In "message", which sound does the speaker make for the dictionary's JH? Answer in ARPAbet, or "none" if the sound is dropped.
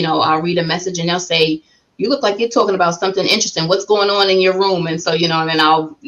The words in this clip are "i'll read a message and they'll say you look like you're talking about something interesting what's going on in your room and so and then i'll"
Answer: JH